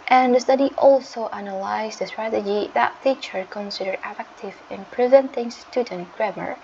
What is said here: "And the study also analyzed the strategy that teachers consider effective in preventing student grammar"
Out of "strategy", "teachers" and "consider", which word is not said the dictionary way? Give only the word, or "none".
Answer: teachers